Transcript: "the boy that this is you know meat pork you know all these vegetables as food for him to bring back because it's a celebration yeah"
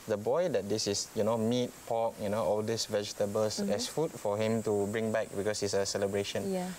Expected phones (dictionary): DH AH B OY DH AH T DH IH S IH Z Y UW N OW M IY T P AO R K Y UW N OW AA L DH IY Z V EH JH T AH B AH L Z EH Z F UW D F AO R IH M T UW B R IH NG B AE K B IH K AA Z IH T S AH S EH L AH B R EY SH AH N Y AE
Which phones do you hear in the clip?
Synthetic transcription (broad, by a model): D AH B OY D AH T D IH S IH S Y UW N OW M IY T P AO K Y UW N OW AA L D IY S V EH JH T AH B AH L S EH S F UW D F AO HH IH M T UW B R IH NG B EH K B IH K AA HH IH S AH S EH L AH B R EY SH AH N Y